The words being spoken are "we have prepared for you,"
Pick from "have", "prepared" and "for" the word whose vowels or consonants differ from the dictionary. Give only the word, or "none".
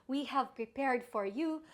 none